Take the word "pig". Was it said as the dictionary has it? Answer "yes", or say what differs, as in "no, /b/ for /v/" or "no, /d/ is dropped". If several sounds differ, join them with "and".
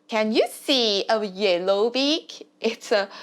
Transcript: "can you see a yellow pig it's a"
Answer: no, /b/ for /p/